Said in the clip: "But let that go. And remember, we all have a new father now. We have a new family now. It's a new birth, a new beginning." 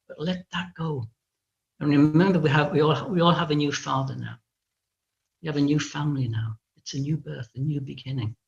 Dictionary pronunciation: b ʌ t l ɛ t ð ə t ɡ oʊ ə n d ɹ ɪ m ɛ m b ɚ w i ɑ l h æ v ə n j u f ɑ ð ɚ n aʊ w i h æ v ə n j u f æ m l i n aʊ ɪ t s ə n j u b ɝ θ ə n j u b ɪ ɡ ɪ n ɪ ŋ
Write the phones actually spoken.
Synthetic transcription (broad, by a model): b ʌ t l ɛ t ð ə t ɡ oʊ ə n ɹ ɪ m ɛ m b ɚ w i ɑ l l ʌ v ə n j u f ɑ ð ɚ n aʊ w i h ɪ v ə n j u f æ m l i n aʊ ɪ t s ə n j u b ɝ θ ə n j u b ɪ ɡ ɪ n ɪ ŋ